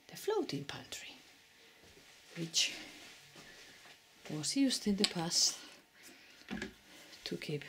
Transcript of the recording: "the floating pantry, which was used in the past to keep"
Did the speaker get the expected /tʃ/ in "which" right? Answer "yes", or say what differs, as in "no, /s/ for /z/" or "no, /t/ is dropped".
yes